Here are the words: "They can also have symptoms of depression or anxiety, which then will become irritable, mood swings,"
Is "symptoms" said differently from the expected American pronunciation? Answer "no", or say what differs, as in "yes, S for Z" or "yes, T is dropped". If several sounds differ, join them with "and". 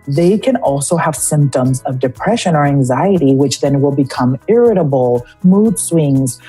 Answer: no